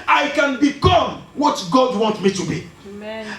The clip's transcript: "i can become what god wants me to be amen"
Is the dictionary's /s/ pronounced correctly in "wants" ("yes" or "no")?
no